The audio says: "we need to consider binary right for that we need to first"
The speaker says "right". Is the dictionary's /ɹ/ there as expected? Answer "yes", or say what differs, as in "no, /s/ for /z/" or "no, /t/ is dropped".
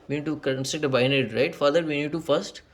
yes